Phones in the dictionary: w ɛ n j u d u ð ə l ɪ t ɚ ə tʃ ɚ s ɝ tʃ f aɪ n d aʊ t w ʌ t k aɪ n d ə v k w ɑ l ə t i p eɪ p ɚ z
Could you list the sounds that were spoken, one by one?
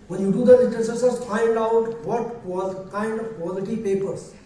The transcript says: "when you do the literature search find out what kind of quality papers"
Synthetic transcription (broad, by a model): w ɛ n j u d u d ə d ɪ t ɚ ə s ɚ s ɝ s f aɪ n d aʊ t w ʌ t k aɪ n d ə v k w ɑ l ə t i p eɪ p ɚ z